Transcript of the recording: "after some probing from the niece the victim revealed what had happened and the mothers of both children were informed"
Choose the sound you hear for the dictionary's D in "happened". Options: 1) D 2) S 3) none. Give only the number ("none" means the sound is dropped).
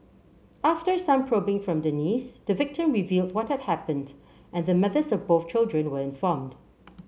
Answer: 1